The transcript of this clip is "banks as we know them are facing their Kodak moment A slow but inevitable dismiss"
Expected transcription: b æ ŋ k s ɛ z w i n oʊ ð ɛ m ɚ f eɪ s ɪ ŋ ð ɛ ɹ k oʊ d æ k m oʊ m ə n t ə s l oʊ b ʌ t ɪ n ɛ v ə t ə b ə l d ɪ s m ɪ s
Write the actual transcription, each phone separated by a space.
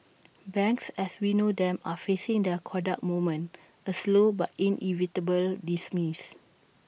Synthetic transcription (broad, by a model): b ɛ ŋ k s ɛ s w i n oʊ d ɛ m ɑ f eɪ s ɪ ŋ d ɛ k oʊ d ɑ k m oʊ m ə n ə s l oʊ b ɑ t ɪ n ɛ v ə t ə b ə l d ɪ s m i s